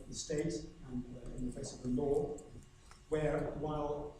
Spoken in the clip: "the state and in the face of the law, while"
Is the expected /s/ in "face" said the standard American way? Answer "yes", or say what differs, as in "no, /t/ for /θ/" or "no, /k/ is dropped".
yes